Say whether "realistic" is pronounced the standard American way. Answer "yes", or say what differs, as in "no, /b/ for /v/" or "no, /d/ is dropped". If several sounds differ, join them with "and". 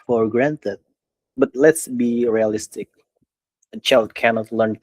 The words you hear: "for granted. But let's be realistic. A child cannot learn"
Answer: yes